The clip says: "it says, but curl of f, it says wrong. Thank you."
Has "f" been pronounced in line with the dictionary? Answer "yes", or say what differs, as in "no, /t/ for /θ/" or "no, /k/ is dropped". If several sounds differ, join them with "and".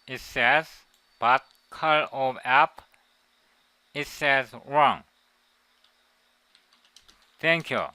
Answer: no, /p/ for /f/